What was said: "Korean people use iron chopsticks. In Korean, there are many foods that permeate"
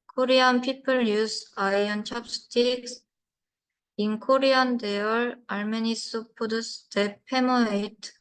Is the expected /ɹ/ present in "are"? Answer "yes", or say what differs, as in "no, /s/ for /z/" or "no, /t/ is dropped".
no, /l/ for /ɹ/